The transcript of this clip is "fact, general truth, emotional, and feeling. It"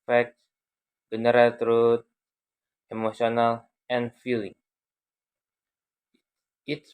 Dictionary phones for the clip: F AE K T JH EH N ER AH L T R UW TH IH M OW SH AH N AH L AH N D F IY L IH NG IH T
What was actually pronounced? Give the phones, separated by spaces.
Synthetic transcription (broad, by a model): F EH K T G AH N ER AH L T R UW T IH M OW S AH N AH L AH N F IY L IH NG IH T